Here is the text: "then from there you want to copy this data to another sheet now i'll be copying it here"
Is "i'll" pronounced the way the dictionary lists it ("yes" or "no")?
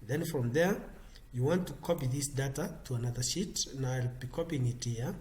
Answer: yes